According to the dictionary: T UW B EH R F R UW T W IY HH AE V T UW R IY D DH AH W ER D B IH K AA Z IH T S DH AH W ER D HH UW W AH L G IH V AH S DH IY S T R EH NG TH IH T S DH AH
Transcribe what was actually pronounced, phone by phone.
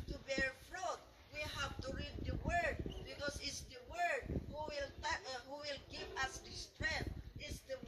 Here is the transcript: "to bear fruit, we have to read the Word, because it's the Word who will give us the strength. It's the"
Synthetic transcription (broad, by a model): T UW B EH R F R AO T W IY HH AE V T UW R IY D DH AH W ER D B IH K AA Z IH T S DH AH W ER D HH UW W AH L G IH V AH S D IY S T R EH TH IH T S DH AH